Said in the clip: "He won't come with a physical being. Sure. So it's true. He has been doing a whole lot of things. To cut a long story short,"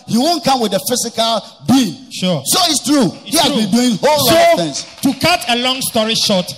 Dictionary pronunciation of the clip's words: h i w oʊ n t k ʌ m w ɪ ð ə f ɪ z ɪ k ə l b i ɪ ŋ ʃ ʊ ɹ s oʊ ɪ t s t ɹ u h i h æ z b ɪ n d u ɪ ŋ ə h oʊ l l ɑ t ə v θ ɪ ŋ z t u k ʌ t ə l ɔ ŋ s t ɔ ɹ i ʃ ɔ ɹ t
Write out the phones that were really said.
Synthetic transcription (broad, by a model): h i w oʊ n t k ʌ m w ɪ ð ə f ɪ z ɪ k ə l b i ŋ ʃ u s oʊ ɪ t s t ɹ u h i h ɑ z b ɪ n d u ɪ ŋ h oʊ l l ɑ ə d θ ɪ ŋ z t u k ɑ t ə l ɔ ŋ s t ɔ ɹ i ʃ ɔ t